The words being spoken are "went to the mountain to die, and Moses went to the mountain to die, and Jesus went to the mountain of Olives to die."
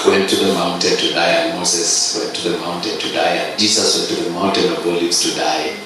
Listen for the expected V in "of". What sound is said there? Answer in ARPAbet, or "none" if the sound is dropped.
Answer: B